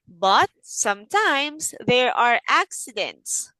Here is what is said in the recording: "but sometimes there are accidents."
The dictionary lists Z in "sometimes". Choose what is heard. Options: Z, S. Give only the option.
S